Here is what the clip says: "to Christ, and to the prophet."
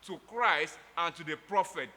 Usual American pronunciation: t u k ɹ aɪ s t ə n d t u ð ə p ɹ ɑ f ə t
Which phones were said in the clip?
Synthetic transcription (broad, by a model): t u k ɹ aɪ s t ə n t u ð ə p ɹ ɑ f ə t